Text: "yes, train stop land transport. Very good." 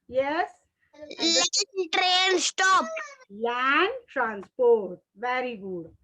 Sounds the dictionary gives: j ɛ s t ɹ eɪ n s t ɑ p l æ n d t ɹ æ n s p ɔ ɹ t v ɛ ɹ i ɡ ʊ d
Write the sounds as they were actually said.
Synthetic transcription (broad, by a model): j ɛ s t ɹ eɪ n s t ɑ p l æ n d t ɹ æ n s p ɔ ɹ t v ɛ ɹ i ɡ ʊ d